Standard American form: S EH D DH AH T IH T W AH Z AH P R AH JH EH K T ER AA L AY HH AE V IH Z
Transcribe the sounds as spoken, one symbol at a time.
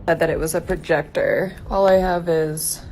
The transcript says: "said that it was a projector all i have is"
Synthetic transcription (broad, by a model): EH D DH AH T IH T W AH Z AH P R AH JH EH K T ER AA L AY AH V IH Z